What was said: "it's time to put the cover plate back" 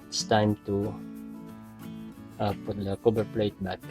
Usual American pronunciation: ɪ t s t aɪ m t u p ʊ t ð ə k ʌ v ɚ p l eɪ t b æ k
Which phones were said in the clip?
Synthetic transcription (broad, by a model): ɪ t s t aɪ m t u p ʊ t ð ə k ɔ b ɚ p l eɪ t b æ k